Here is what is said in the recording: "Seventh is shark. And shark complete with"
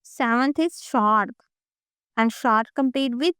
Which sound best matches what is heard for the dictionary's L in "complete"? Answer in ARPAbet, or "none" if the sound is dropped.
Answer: none